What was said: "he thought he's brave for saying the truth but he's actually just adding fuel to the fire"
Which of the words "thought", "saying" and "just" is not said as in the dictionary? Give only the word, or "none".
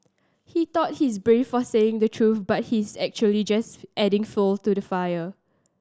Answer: thought